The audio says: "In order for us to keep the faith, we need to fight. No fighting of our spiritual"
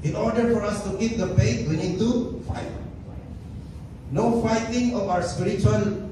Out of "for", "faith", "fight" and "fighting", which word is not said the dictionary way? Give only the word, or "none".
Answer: faith